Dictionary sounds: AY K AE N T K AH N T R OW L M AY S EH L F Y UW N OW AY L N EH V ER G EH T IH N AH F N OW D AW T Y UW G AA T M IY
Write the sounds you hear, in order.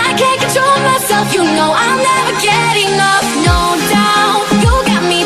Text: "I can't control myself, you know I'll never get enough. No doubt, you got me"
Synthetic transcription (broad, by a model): AY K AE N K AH T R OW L M AY S EH L F Y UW N OW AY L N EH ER G EH T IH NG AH P N OW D AW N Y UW G AA T M IY